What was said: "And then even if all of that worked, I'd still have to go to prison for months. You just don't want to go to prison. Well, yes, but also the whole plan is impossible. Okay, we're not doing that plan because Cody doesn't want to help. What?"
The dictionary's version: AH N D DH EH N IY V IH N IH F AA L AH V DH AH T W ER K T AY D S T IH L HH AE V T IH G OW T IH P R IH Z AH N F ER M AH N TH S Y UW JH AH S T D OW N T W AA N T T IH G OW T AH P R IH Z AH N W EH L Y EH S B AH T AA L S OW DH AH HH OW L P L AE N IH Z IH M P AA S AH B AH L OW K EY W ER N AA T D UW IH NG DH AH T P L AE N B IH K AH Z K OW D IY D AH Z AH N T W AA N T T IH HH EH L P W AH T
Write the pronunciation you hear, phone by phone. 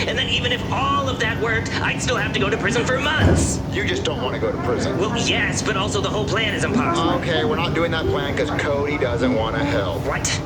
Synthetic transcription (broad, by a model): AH N DH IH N IY V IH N IH F AA L AH V DH AH T W ER K T AY D S T IH L HH AE F T IH G OW T IH P R IH Z AH N F ER M AH N TH S Y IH JH AH S D OW N T W AA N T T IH G OW T AH P R IH Z AH N W EH L Y EH S B AH T AA L S OW DH AH HH OW L P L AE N IH Z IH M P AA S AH AH K EY W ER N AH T D UW IH NG DH AH T P L AE N K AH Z K OW D IY D AH Z AH N T W AA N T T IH HH EH L P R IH T